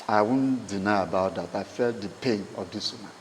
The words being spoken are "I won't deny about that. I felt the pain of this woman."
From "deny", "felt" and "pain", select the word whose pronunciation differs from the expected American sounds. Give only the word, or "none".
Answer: none